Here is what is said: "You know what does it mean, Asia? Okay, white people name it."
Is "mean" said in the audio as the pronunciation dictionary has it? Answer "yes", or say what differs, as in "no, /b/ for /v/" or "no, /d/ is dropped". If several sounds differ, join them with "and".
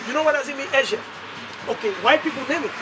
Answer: no, /n/ is dropped